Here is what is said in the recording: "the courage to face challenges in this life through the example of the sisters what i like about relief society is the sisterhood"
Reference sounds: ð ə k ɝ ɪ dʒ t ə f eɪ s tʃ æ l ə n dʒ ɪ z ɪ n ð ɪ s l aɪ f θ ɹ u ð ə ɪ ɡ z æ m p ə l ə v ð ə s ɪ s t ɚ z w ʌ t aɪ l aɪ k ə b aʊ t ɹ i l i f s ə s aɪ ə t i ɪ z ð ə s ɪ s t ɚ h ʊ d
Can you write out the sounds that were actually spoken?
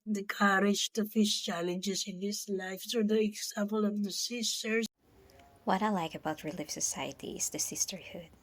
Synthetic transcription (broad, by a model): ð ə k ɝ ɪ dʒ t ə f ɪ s tʃ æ l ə n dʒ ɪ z ɪ n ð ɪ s l aɪ f s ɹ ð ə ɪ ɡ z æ m p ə l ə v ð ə s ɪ s t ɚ w ʌ t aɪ l aɪ k ə b aʊ t ɹ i l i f s ə s aɪ ə t i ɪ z ð ə s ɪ s t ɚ h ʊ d